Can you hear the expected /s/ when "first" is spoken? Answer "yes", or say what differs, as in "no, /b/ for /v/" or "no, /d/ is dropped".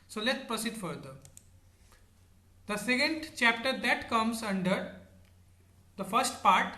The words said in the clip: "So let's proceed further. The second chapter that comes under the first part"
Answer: yes